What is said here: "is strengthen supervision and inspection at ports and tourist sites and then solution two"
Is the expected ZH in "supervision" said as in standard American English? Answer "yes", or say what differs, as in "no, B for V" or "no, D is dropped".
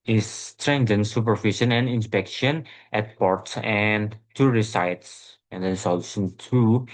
no, SH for ZH